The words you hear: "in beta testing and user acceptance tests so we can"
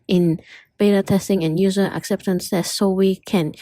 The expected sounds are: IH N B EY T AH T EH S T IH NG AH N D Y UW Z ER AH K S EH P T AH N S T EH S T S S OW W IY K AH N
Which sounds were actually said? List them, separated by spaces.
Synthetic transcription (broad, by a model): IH N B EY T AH T EH S T IH NG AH N Y UW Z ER AH K S EH P T AH N S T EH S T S S OW W IY K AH N